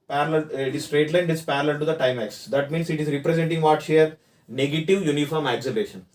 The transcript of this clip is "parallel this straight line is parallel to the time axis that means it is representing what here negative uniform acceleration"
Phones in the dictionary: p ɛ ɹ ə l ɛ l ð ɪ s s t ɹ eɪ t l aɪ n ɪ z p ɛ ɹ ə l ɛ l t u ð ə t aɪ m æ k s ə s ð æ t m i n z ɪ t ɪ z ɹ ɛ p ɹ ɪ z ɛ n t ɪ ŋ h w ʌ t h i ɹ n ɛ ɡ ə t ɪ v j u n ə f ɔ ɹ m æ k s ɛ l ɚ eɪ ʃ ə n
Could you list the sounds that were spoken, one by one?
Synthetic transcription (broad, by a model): p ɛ ɹ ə l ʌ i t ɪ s s t ɹ eɪ t l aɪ n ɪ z p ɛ ɹ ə l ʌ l t u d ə t aɪ m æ k s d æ t m i n s ɪ t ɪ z ɹ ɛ p ɹ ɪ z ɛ n t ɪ ŋ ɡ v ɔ t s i ɹ n ɛ ɡ ə t ɪ v j u n ə f ɔ ɹ m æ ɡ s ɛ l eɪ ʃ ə n